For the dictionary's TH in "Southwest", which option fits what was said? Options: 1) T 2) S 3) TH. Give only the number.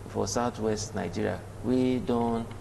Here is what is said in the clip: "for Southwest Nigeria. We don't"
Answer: 1